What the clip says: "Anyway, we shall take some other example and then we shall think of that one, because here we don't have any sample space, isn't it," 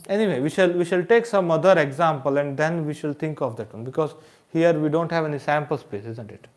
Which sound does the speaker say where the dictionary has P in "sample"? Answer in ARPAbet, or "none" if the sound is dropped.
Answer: P